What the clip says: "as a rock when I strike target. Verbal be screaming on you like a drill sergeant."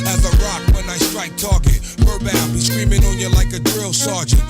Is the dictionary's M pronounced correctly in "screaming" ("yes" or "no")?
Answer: yes